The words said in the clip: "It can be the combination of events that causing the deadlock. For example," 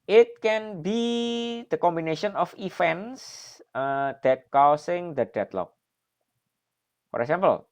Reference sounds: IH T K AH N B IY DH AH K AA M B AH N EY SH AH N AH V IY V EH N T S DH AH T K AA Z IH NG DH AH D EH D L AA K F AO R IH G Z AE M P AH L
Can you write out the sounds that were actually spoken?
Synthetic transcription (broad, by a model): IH T K AH N B IY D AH K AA M B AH N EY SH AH N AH F IY F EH N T S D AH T K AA S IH NG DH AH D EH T L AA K F AO R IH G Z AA M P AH L